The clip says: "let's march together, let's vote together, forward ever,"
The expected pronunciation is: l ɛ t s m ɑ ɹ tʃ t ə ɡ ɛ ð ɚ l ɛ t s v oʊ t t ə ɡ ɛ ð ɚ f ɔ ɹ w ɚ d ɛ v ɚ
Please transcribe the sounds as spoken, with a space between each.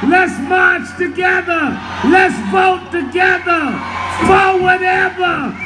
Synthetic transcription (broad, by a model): l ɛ t s m ɑ ɹ tʃ t ə ɡ ɛ ð ɚ l ɛ t s b oʊ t t ə ɡ ɛ ð ɚ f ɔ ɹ w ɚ d ɛ v ɚ